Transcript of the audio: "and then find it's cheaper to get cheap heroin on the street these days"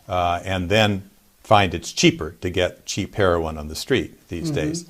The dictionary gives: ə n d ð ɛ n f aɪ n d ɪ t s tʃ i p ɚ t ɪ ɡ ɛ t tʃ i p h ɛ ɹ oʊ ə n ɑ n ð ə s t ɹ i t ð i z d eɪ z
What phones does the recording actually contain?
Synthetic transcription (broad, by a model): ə n ð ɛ n f aɪ n d ɪ t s tʃ i p ɚ t ɪ ɡ ɛ t tʃ i p h ɛ ɹ oʊ ə n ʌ n ð ə s t ɹ i t ð i z d eɪ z